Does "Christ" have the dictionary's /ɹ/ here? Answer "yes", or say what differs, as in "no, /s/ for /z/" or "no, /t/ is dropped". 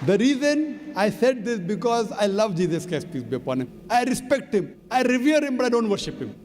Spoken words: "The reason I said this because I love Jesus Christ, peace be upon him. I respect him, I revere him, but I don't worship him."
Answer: no, /ɹ/ is dropped